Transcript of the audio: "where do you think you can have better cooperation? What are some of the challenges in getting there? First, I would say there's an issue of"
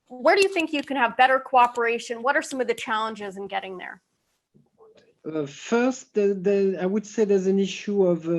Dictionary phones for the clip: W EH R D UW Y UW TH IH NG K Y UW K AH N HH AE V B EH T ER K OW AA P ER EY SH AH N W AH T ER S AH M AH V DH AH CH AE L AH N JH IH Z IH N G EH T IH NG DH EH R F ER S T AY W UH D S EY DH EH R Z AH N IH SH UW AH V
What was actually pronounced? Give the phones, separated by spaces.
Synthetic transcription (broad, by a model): W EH R D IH Y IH TH IH NG K Y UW K AH N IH V B EH T ER K OW AA P ER EY SH AH N W AH T ER S AH M AH V DH AH CH AE L AH N JH IH Z IH N G EH T IH NG DH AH R F ER S T AY W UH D S EY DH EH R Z AH N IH SH UW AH V